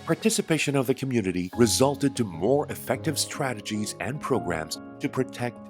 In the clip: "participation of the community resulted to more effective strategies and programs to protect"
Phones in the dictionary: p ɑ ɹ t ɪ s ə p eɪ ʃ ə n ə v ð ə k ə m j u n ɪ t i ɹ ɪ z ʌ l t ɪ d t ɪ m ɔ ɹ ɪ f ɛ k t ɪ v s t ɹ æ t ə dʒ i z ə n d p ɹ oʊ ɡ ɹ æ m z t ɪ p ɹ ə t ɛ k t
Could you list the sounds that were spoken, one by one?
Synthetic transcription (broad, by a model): p ɑ ɹ t ɪ s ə p eɪ ʃ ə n ə v ð ə k ə m j u n ɪ t i ɹ ɪ z ʌ l t ɪ d t ɪ m ɔ ɹ ɪ f ɛ k t ɪ v s t ɹ æ t ə dʒ i z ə n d p ɹ oʊ ɡ ɹ æ m z t ɪ p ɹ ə t ɛ k t